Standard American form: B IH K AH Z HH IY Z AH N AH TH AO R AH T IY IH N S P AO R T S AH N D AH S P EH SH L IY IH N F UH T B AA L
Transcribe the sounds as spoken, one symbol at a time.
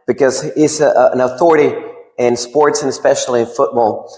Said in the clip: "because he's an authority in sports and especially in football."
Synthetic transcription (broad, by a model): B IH K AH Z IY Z AH N AH TH AO R AH T IY IH N S P AO R T S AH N AH S P EH SH L IY IH N F UH T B AA L